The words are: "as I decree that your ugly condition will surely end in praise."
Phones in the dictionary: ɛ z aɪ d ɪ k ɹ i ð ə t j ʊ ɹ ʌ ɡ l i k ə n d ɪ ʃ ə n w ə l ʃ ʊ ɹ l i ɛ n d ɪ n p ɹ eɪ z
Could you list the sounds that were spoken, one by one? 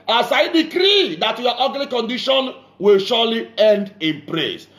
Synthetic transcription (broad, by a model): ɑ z aɪ d ɪ k ɹ i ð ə t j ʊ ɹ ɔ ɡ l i k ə n d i ʃ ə n w ə l ʃ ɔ l i ɛ n d ɪ n p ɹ eɪ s